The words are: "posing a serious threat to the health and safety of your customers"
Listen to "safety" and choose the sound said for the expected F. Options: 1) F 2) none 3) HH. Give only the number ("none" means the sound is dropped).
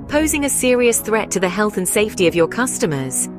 1